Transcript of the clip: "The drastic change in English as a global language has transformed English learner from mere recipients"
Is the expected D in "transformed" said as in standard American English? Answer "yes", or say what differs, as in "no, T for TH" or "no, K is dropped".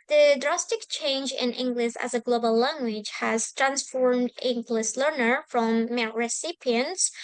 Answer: yes